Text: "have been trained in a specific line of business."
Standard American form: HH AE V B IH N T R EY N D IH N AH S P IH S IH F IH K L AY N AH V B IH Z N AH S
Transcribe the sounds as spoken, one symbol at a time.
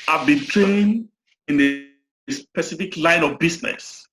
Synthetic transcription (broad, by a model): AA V B IH N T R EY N IH N AH S P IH S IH F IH K L AY N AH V B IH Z N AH S